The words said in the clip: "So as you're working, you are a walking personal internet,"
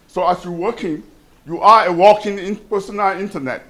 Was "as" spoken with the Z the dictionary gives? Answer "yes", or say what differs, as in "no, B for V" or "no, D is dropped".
no, S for Z